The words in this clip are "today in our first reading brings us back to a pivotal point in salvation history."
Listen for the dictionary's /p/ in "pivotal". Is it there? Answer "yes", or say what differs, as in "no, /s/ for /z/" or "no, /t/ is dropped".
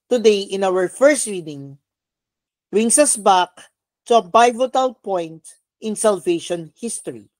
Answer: no, /b/ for /p/